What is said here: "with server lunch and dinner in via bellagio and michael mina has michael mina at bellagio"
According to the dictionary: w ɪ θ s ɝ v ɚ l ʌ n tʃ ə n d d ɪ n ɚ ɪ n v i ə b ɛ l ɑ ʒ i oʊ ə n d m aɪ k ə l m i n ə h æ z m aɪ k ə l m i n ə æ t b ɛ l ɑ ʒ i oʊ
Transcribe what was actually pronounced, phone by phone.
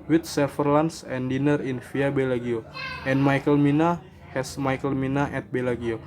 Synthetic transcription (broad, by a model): w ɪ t s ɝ f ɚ l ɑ n s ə n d d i n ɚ ɪ n f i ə b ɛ l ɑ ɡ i oʊ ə n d m aɪ k ə l m i n ə h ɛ s m aɪ k ə l m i n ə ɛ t b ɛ l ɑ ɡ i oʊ